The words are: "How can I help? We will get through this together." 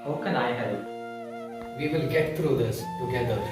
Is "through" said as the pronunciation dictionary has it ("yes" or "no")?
no